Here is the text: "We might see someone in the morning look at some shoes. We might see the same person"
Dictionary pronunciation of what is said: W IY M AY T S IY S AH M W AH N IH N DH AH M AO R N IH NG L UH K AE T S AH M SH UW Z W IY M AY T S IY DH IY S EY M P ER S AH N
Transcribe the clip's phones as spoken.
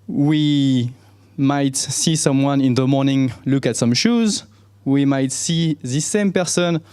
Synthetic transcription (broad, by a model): W IY M AY T S IY S AH M W AH N IH N DH AH M AO R N IH NG L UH K AE T S AH M SH UW Z W IY M AY T S IY DH IY S EY M P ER S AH N